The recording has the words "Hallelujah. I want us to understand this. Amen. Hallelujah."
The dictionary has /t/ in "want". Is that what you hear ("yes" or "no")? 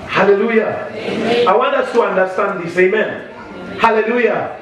no